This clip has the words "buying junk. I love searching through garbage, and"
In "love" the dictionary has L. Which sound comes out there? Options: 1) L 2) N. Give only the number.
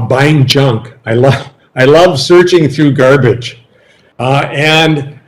1